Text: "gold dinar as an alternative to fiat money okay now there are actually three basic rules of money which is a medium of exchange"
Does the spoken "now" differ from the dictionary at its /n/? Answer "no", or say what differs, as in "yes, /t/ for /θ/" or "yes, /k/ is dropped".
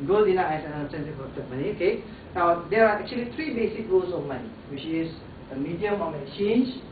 no